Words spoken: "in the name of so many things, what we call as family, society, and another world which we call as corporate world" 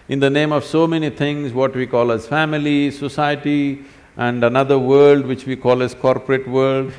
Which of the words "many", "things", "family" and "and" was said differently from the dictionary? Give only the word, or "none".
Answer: things